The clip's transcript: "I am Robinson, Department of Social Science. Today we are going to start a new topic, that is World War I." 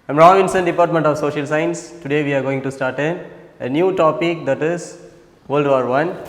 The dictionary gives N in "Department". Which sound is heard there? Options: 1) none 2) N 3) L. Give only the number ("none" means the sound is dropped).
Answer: 2